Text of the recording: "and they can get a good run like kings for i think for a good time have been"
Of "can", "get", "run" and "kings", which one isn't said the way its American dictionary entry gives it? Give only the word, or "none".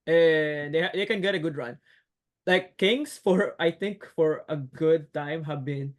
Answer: kings